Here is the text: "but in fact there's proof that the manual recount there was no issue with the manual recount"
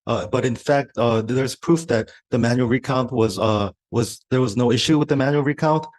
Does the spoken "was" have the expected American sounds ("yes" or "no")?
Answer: yes